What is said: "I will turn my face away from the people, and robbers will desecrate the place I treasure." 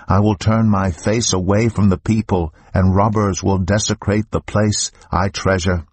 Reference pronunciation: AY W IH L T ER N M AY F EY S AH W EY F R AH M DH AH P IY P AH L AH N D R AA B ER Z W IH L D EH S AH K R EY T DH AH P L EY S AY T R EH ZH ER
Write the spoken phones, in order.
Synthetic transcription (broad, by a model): AY W IH L T ER N M AY F EY S AH W EY F R AH M DH AH P IY P AH L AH N R AA B ER Z W IH L D EH S AH K R EY T DH AH P L EY S AY T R EH ZH ER